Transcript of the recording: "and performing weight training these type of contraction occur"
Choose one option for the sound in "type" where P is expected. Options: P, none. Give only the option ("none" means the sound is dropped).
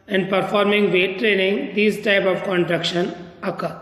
P